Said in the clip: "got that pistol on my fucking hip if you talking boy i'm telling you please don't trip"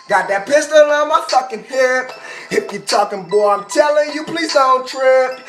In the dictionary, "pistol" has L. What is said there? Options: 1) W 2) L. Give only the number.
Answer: 2